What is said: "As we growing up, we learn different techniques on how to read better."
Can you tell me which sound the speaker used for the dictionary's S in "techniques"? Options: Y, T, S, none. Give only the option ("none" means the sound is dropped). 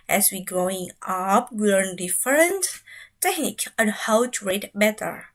none